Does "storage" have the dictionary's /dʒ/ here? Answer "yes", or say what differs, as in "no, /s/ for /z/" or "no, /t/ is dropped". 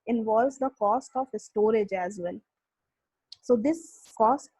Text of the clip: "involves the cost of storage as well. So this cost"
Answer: yes